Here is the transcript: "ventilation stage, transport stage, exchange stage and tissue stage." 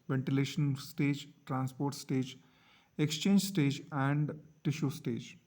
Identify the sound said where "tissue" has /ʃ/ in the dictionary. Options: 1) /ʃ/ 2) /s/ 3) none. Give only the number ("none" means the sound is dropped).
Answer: 1